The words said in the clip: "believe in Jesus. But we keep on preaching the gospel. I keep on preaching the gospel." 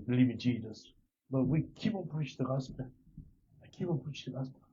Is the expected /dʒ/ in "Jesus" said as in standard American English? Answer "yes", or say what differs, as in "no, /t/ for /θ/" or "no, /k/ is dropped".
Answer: yes